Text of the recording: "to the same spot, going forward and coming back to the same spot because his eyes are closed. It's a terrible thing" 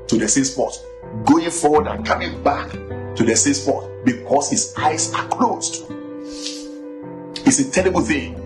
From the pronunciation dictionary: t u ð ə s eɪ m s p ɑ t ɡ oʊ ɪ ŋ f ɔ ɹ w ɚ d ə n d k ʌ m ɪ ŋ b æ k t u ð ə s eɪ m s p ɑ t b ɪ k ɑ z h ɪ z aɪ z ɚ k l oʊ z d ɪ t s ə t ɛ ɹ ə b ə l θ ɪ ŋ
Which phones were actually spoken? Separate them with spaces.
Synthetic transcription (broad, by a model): t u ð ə s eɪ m s p ɑ t ɡ oʊ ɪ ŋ f ɔ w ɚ d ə n k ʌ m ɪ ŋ b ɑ k t u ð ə s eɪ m s p ɑ t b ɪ k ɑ s h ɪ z aɪ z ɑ k l oʊ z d ɪ t s ə t ɛ ɹ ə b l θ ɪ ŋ